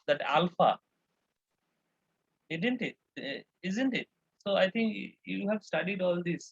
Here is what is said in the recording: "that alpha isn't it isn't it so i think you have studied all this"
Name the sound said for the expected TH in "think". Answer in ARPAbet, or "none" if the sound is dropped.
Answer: T